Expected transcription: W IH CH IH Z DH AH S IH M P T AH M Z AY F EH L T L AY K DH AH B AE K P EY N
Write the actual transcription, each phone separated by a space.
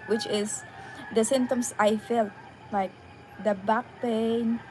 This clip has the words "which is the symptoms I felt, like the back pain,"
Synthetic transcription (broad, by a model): W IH CH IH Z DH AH S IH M T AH M S AY F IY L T L AY K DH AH B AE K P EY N